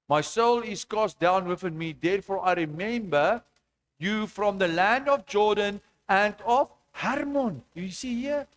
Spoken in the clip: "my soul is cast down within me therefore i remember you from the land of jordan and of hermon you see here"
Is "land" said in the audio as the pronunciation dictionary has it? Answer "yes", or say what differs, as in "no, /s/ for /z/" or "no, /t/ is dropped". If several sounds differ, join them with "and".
yes